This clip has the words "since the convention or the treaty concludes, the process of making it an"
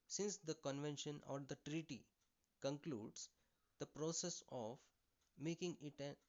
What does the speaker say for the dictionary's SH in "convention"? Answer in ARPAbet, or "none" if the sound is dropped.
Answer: SH